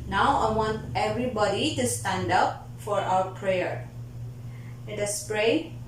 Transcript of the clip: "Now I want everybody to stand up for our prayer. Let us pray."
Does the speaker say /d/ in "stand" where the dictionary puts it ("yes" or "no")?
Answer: yes